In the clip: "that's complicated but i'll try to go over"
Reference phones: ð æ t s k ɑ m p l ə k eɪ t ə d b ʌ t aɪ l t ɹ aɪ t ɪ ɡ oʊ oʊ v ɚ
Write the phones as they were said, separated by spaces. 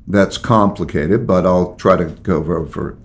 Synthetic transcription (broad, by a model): ð æ t s k ɑ m p l ə k eɪ t ə d b ʌ t aɪ l t ɹ aɪ t ɪ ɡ oʊ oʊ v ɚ